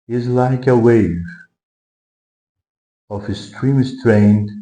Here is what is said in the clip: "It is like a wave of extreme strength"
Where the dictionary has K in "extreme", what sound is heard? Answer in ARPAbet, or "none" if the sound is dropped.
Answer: none